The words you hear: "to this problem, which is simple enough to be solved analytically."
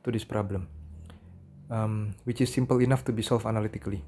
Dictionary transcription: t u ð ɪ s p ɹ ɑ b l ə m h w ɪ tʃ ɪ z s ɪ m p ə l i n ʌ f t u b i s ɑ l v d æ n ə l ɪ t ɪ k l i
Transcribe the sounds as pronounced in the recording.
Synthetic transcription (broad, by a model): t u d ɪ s p ɹ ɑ b l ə m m w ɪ tʃ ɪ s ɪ m p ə l i n ʌ f t u b i s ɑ l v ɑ n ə l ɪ t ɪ k l i